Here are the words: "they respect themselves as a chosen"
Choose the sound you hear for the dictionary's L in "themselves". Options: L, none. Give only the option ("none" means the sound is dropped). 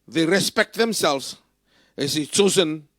L